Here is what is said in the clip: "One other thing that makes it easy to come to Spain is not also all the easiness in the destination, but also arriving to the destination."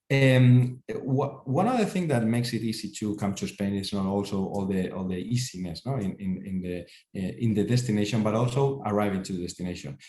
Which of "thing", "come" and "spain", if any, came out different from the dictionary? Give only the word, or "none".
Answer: none